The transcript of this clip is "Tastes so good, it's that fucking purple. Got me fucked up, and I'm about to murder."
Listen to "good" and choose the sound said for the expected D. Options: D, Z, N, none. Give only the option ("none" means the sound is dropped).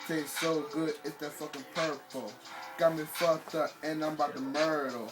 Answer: D